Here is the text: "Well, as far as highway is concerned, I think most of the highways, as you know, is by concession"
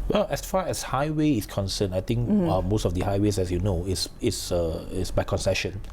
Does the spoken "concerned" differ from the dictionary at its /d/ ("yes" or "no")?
yes